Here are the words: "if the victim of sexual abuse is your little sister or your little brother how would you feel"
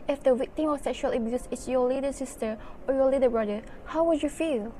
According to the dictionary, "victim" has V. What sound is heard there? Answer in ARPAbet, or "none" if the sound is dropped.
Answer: W